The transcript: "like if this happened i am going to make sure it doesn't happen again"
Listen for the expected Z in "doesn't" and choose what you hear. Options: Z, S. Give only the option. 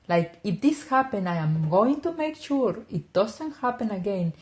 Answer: S